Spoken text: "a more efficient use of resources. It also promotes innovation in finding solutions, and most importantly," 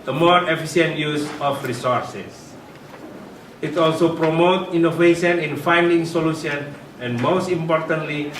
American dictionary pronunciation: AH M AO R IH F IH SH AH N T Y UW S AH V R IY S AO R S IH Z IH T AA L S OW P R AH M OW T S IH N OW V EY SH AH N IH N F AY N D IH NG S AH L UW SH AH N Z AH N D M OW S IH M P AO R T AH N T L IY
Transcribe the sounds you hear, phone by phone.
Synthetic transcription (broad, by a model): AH M AO R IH F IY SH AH N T Y UW S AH F R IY S AO R S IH S IH T AA L S OW P R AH M OW T IY N OW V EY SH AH N IH N F AY N D IH NG S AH L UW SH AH N AH N M OW S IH M P AO R T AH N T L IY